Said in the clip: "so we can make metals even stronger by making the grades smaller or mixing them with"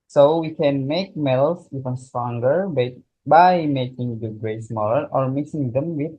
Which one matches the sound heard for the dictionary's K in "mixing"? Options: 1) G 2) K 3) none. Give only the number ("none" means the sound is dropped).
3